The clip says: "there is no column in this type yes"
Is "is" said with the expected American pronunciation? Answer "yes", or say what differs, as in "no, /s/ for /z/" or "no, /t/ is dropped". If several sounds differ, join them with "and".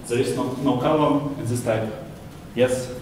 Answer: no, /s/ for /z/